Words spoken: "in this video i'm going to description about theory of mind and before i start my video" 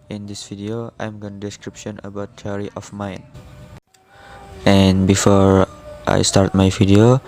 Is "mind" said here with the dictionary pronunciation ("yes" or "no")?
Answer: no